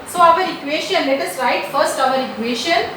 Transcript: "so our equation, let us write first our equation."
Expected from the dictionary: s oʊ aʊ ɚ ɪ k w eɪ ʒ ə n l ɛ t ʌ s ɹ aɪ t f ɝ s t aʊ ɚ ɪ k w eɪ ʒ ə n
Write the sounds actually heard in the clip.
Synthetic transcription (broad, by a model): s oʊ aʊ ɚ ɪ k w eɪ ʃ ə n l ɛ t ʌ s ɹ aɪ t f ɝ s t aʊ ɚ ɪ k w eɪ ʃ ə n